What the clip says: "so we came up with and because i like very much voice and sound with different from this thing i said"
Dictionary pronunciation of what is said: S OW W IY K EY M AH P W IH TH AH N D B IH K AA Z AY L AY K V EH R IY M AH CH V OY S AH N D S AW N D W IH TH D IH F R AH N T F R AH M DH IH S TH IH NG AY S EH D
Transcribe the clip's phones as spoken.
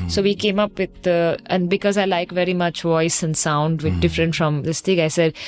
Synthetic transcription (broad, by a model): S OW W IY K EY M AH P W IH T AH N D B IH K AA Z AY L AY K V EH R IY M AH CH V OY S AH N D S AW N D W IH D IH F R AH N T F R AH M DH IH S T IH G AY S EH D